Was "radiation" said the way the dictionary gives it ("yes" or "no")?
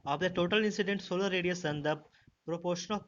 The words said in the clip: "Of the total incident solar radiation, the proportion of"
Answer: no